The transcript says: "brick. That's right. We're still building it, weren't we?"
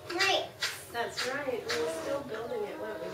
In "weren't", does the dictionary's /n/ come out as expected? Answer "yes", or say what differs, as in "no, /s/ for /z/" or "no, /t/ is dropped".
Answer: no, /n/ is dropped